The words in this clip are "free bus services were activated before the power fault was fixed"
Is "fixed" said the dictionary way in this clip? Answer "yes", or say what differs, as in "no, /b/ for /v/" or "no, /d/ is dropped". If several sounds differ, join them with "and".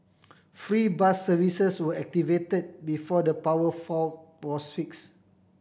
no, /t/ is dropped